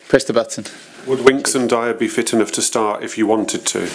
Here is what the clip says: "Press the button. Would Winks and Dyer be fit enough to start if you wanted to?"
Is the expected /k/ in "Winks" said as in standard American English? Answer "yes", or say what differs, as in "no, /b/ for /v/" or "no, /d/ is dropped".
yes